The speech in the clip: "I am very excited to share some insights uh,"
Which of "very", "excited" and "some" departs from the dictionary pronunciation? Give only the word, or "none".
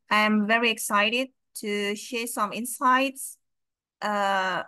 none